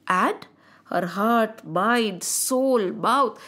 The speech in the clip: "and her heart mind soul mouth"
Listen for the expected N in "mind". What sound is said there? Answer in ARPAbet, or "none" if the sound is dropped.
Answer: none